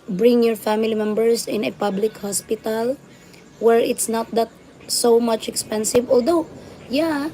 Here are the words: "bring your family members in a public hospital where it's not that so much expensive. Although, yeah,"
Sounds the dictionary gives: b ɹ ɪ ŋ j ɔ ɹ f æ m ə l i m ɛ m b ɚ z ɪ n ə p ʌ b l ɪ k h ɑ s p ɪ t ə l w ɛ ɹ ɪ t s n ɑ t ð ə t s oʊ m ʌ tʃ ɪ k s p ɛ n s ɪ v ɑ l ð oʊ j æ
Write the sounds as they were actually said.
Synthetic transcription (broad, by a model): b ɹ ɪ ŋ j ɔ ɹ f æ m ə l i m ɛ m b ɚ s ɪ n ə p ʌ b l ɪ k h ɑ s p ɪ t ə l w ɛ ɹ ɪ t s n ɑ t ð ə t s oʊ m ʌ tʃ ɪ k s p ɛ n s ɪ v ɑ l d oʊ j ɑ